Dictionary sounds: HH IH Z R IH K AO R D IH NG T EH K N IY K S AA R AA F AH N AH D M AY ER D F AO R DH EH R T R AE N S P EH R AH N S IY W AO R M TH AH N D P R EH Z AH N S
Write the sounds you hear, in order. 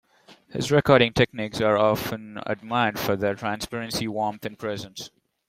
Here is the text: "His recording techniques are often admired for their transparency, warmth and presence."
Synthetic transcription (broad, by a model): HH IH Z R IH K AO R D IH NG T EH K N IY K S AA R AA F AH N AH D M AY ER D F AO R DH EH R T R AE N S P EH R AH N S IY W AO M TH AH N P R EH Z AH N S